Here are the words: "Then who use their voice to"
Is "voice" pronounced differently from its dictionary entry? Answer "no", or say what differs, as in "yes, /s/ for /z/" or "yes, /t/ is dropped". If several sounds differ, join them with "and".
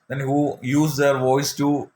no